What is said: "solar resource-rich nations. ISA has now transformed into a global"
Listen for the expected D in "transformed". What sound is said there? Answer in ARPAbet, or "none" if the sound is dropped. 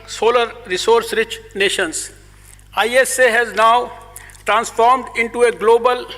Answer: D